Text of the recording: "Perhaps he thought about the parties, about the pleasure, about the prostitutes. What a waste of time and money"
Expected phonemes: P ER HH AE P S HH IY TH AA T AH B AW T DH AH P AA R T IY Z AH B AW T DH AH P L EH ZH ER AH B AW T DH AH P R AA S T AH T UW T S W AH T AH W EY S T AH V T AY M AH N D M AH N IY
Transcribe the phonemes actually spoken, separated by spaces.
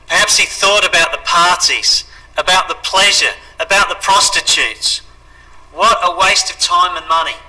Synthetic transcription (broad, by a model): P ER HH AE P S HH IY TH AA T AH B AW T DH AH P AA R T IY Z AH B AW T DH AH P L EH ZH ER AH B AW T DH AH P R AA S T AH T UW T S W AH T AH W EY S T AH V T AY M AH N M AH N IY